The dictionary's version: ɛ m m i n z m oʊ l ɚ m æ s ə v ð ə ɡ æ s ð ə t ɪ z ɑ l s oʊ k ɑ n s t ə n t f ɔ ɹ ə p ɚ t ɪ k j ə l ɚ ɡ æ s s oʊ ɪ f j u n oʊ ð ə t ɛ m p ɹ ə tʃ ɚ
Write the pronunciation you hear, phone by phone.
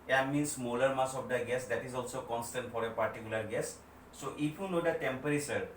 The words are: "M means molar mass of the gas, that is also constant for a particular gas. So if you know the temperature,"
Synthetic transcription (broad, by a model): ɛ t m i n s m oʊ l ɚ m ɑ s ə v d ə ɡ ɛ s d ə t ɪ z ɑ l s oʊ k ɑ n s t ə n t f ɔ ɹ ə p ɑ t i k j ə l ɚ ɡ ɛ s s oʊ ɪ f j u n oʊ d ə t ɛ m p ɹ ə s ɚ